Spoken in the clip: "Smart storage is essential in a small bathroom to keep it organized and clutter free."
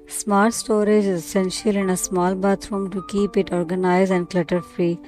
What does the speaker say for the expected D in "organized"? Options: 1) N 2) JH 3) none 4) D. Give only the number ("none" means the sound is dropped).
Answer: 3